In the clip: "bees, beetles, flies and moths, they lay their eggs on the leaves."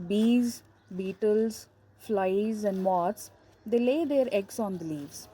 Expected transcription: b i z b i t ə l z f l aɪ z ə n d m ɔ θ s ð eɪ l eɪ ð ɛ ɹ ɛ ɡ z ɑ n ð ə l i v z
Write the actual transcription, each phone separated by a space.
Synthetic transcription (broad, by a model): b i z b i t ə l z f l aɪ z ə n d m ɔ t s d eɪ l eɪ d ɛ ɹ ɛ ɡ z ɑ n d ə l i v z